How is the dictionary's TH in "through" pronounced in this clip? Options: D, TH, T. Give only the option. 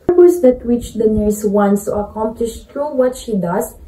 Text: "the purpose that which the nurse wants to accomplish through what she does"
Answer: T